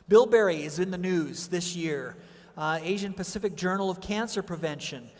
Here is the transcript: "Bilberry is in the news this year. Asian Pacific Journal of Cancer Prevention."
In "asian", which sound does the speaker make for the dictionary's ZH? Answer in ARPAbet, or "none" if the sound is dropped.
ZH